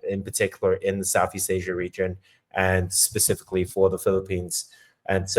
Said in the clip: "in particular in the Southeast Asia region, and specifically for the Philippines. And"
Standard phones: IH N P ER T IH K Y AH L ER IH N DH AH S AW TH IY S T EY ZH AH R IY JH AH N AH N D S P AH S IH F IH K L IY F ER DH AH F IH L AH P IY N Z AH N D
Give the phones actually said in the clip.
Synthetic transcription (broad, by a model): IH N P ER T IH K Y L ER IH N DH AH S AW TH IY S T EY ZH AH R IY JH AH N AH N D S P AH S IH F IH K L IY F ER DH AH F IH L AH P IY N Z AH N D